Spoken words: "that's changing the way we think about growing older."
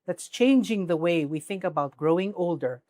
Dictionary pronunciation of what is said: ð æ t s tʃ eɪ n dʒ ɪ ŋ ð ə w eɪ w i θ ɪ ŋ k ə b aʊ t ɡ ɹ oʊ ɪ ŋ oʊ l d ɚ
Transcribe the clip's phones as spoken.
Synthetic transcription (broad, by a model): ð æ t s tʃ eɪ n dʒ ɪ ŋ ð ə w eɪ w i θ ɪ ŋ k ə b aʊ t ɡ ɹ oʊ ɪ ŋ oʊ l d ɚ